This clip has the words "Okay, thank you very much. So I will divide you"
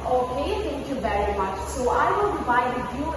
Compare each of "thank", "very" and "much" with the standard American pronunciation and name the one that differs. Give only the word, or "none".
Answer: thank